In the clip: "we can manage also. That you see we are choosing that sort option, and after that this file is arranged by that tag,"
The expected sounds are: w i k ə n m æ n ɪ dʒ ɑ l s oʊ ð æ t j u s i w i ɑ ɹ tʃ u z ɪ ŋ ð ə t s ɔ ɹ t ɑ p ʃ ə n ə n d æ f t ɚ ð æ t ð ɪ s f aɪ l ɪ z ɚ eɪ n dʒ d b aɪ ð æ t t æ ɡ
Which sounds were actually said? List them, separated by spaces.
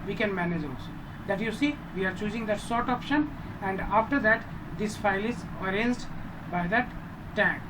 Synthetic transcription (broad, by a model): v i k ə n m æ n ɪ dʒ ɑ l s oʊ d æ t j u s i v i ɑ ɹ tʃ u z ɪ ŋ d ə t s ɔ ɹ t ɑ p ʃ ə n ə n d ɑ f t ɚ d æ t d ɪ s f aɪ l ɪ z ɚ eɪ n z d b aɪ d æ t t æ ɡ